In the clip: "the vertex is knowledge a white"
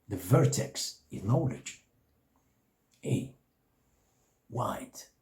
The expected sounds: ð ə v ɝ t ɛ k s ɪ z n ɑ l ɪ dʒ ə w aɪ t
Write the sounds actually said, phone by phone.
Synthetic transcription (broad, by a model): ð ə v ɝ t ɛ k s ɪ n n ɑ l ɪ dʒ ə w aɪ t